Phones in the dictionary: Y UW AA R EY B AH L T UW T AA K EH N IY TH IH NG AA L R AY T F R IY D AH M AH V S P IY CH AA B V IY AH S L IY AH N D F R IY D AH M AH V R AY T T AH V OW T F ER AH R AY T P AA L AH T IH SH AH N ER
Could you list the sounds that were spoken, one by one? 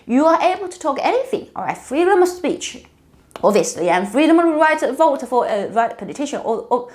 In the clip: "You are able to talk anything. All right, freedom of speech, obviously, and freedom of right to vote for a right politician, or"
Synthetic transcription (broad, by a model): Y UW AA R EY B AH L T UW T AA K EH N IY TH IH NG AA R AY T F R IY D AH M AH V S P IY CH AA B V IY AH S L IY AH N F R IY D AH M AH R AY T T AH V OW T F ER AH R AY T P AA L AH T IH SH AH N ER